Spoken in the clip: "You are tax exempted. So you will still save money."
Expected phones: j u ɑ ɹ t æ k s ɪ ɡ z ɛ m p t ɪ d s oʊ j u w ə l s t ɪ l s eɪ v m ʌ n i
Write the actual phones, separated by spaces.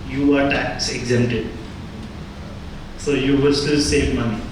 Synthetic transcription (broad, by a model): j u ɑ ɹ t æ k s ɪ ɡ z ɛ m t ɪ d s oʊ j u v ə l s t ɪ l s eɪ v m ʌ n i